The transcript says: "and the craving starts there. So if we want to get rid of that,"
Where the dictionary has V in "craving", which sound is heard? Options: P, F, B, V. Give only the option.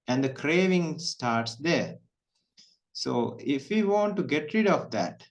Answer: V